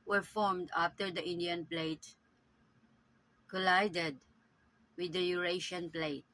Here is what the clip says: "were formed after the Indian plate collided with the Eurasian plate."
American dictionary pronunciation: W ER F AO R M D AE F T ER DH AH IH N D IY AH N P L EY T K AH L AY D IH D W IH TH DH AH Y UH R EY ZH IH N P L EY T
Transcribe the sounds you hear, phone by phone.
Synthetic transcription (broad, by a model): W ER F AO R M D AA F T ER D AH IH N D IY AH N P L EY T K AH L AY D IH D W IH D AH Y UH R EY SH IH N P L EY T